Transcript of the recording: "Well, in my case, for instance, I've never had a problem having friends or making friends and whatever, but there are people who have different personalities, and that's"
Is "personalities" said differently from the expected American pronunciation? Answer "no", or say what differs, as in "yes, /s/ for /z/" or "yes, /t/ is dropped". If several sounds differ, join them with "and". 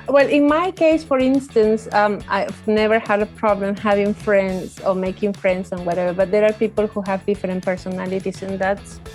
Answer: yes, /s/ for /z/